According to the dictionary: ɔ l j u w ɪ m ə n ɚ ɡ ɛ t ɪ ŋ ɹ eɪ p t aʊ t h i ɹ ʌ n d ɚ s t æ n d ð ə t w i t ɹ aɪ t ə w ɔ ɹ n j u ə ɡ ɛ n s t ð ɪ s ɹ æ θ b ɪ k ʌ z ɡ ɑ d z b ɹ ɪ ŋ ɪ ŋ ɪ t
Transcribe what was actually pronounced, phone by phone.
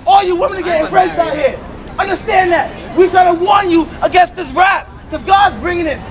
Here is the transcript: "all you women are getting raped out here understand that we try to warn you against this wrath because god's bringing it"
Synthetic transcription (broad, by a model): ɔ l j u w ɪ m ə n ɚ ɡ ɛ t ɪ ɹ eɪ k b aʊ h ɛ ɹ ʌ n d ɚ s t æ n ð ə t w i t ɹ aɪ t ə w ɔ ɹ n j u ə ɡ ɛ n s t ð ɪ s ɹ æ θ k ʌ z ɡ ɑ d z b ɹ ɪ ŋ ɪ ŋ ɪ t